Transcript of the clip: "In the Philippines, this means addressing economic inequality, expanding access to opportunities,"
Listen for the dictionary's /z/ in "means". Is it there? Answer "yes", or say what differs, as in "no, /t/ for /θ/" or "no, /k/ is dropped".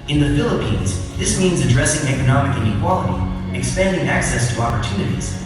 yes